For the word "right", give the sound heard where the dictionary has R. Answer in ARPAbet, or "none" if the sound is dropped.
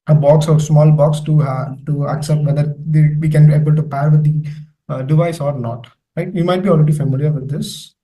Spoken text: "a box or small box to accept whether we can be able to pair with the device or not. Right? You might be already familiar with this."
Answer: L